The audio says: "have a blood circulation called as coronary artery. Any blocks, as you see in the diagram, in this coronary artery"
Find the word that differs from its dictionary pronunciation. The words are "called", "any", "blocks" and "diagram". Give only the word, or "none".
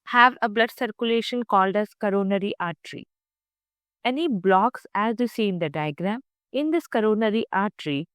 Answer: none